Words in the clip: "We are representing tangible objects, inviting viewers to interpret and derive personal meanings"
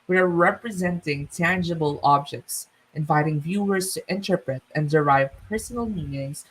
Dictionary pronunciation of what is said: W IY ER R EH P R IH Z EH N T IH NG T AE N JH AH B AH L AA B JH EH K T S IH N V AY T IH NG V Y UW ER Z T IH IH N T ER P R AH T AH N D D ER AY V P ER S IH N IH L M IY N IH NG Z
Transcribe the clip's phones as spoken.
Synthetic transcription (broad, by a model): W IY ER R EH P R IH Z EH N T IH NG T AE N JH AH B AH L AA B JH EH K T S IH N V AY T IH NG V Y UW ER Z T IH IH N T ER P R AH T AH N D D ER AY V P ER S IH N IH L M IY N IH NG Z